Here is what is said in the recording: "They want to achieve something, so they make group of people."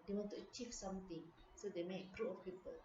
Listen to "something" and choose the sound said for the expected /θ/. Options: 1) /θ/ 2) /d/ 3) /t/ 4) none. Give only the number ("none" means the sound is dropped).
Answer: 3